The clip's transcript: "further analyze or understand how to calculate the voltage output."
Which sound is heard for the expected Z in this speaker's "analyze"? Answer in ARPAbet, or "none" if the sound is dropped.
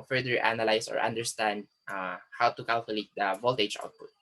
S